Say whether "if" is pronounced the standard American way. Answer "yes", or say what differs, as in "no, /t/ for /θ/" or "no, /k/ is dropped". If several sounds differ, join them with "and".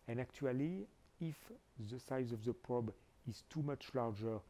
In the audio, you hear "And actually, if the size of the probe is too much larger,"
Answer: yes